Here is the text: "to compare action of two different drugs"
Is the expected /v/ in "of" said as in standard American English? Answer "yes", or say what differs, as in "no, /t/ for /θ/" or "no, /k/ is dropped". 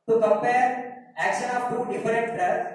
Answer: no, /p/ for /v/